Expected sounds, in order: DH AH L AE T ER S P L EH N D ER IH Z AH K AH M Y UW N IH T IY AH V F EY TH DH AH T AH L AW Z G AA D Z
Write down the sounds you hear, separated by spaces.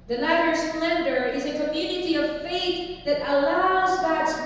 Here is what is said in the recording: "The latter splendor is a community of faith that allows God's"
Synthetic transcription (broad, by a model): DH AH N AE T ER S P L EH N D ER IH Z AH K AH M Y UW N IH T IY AH V F EY TH DH AH T AH L AW Z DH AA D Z